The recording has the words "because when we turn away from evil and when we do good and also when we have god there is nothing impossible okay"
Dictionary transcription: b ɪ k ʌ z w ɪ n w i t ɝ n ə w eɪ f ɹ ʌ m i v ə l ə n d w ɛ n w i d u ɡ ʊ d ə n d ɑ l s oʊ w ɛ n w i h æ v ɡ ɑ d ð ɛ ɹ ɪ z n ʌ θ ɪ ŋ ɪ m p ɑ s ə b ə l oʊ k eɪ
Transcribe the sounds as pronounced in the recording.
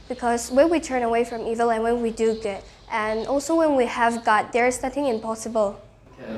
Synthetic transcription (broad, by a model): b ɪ k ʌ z w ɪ n w i t ɝ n ə w eɪ f ɹ ʌ m i v ə l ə n w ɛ n w i d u ɡ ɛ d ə n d ɑ l s oʊ w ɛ n w i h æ v ɡ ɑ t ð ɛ ɹ ɪ z n ʌ θ ɪ ŋ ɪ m p ɑ s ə b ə l